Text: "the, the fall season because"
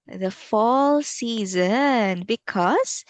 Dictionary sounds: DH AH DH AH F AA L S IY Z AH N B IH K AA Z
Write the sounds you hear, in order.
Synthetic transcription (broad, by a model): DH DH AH F AA L S IY Z AH N B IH K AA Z